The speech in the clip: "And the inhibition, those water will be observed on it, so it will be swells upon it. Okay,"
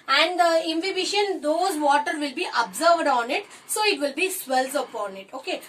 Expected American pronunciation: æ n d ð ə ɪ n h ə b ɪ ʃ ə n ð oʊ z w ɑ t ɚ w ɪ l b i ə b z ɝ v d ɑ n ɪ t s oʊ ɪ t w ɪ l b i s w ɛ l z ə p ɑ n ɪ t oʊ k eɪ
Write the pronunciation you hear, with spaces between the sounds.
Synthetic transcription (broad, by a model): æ n d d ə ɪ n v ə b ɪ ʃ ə n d oʊ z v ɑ t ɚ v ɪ l b i ə b z ɝ v d ɑ n ɪ t s oʊ ɪ t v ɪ l b i s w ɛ l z ə p ɑ n ɪ t oʊ k eɪ